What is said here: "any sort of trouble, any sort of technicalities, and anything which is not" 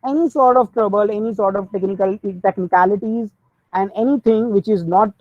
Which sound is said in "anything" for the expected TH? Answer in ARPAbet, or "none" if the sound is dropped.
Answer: T